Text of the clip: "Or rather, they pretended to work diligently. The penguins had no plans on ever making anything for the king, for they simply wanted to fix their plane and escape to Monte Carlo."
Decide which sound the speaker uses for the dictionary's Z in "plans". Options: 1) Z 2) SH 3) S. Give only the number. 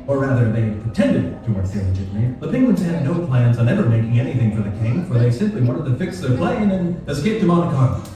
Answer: 1